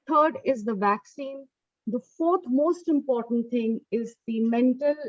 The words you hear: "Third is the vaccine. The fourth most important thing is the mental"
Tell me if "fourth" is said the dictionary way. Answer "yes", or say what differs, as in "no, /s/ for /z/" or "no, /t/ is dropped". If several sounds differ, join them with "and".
no, /t/ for /θ/